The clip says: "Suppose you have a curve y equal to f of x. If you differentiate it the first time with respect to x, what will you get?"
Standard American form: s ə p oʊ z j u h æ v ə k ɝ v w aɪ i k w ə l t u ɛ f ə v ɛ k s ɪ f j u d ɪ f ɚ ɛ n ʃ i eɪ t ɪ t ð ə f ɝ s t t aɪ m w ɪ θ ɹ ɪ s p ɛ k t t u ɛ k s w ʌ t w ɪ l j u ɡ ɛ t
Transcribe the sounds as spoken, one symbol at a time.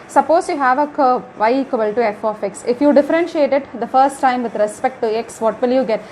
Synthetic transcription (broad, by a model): s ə p oʊ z j u h æ v ə k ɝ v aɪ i k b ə l t u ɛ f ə f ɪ k s ɪ f j u d ɪ f ɚ ɛ n ʃ i eɪ t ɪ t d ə f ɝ s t t aɪ m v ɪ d ɹ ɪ s p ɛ k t t u ɛ k s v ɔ t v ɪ l j u ɡ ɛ t